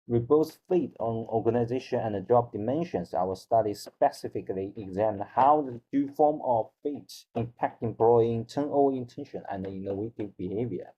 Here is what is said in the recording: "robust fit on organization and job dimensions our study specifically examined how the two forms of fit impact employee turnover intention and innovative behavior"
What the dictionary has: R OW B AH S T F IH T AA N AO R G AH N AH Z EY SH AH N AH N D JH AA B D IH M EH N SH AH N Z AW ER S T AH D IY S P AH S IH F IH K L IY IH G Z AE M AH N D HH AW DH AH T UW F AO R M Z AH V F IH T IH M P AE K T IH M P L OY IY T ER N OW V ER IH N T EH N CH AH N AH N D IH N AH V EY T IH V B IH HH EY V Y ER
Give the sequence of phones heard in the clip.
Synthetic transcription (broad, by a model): R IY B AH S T F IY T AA N AO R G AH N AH Z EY SH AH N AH N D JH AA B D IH M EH N SH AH N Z AW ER S T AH D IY S P AH S IH F IH K L IY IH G Z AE M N HH AW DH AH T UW F AO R M AH V F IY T IH M P AE K T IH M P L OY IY T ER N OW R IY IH N T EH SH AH N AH N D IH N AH W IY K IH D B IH HH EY V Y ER